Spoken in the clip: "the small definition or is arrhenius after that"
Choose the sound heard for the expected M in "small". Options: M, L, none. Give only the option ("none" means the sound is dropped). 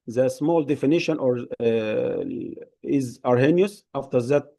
M